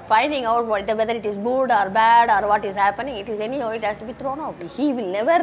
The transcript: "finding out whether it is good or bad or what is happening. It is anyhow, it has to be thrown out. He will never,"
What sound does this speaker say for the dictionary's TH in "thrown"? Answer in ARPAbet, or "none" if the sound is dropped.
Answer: T